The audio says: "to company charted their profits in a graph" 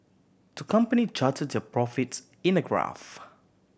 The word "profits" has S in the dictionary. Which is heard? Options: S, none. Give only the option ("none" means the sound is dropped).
none